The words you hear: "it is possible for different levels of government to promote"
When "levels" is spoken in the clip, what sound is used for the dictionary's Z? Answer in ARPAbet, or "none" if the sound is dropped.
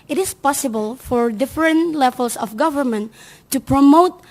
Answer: S